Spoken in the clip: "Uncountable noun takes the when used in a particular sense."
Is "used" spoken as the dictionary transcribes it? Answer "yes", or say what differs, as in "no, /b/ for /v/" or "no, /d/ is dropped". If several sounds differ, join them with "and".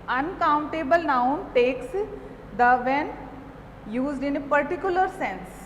yes